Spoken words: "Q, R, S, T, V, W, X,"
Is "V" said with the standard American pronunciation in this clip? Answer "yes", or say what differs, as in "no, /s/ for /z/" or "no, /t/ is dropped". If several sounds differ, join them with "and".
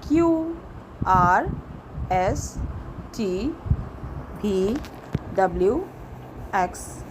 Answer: no, /b/ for /v/